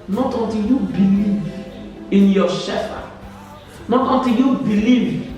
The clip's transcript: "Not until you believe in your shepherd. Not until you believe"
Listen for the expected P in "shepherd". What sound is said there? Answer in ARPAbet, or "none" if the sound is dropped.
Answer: F